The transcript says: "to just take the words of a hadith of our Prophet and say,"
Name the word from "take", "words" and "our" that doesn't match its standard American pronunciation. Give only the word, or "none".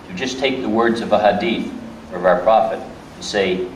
none